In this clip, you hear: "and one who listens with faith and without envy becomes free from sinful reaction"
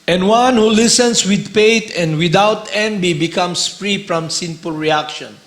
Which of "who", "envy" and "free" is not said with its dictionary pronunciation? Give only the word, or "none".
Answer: envy